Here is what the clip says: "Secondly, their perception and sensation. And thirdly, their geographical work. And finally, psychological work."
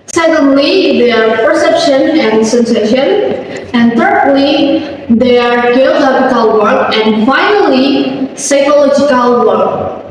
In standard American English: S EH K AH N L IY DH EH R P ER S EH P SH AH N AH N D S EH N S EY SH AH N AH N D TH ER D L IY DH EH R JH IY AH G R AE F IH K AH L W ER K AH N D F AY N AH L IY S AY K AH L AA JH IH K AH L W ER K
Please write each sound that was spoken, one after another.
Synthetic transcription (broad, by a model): S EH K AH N L IY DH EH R P ER S EH P SH AH N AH N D S EH N S EY SH AH N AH N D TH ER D L IY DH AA R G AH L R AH P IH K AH L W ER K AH N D F AY N AH L IY S AY K AH L AA JH IH K AH L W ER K